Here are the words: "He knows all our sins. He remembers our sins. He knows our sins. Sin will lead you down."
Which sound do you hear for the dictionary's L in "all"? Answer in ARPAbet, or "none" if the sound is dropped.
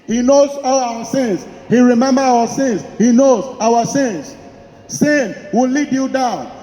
W